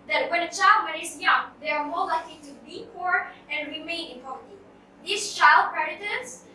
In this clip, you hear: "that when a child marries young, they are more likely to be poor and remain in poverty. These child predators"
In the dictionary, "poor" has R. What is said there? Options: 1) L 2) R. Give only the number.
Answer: 2